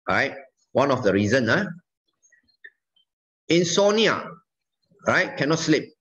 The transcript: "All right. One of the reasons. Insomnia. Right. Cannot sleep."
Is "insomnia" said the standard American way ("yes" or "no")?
no